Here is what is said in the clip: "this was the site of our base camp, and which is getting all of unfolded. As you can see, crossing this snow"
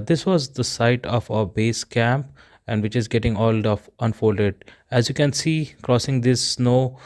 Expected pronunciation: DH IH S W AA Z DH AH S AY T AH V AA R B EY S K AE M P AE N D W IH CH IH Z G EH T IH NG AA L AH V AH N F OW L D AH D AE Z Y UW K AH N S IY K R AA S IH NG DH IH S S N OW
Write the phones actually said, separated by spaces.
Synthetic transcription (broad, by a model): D IH S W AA Z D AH S AY T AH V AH B EY S K AE M P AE N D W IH CH IH Z G EH T IH NG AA L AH F AH N F OW L D AH D AE Z Y UW K AH N S IY K R AA S IH NG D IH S S N OW